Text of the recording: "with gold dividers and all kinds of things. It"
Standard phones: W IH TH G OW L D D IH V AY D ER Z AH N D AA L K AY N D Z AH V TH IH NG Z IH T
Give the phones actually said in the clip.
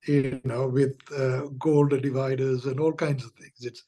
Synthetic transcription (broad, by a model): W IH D G OW L D D IH V AY D ER Z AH N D AA L K AY N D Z AH V T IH NG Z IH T